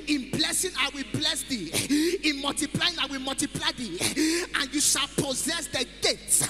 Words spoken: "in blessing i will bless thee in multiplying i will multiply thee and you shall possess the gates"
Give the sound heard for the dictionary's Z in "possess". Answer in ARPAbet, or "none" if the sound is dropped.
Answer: Z